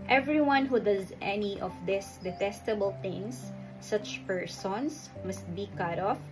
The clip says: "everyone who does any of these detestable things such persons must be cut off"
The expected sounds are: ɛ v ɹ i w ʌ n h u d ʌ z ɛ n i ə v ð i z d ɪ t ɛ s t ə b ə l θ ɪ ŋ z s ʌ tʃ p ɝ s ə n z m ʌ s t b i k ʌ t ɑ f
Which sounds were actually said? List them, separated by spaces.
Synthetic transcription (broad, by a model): ɛ v ɹ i w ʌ n h u d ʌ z ɛ n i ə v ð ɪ s d ɪ t ɛ s t ə b ə l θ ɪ ŋ s ʌ tʃ p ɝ s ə n s m ʌ s t b i k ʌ t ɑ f